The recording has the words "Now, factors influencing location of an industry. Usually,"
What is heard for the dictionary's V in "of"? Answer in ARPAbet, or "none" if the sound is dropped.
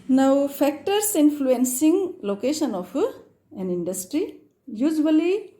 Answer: P